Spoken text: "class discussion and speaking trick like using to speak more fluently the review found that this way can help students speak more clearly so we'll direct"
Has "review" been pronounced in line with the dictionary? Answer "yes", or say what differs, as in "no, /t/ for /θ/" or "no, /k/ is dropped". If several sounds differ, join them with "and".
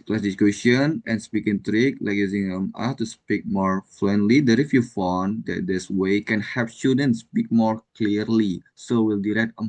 no, /f/ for /v/